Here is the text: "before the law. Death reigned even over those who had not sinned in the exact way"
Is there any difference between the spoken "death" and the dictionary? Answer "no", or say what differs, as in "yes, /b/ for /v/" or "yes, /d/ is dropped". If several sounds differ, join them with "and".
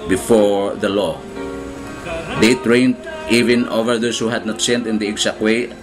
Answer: yes, /t/ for /θ/